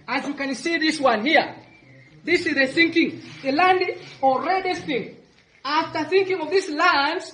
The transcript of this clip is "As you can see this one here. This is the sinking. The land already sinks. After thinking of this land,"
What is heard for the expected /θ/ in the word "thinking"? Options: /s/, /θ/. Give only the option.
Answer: /θ/